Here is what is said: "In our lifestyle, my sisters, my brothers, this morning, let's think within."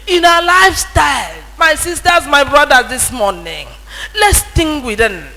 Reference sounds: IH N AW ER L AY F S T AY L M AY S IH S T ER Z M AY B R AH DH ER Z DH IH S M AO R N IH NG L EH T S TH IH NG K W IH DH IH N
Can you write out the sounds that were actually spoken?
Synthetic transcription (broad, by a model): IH N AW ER L AY F S T AY L M AY S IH S T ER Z M AY B R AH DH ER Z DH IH S M AO N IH NG L EH T S T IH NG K W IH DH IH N